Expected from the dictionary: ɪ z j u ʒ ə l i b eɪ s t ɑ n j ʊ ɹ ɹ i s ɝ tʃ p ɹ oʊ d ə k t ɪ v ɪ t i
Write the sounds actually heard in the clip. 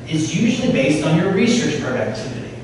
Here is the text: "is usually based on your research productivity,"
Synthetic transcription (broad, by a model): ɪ z j u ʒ l i b eɪ s t n j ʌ ɹ ɹ i s ɝ tʃ p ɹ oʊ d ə k t ɪ v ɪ t i